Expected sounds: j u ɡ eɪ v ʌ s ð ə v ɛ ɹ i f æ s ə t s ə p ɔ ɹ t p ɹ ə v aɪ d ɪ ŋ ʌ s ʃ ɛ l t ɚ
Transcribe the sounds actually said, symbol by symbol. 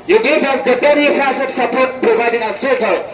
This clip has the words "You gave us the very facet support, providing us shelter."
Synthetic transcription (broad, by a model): j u ɡ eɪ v ʌ s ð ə b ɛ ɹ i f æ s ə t s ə p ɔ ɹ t p ɹ ə v aɪ d ɪ ŋ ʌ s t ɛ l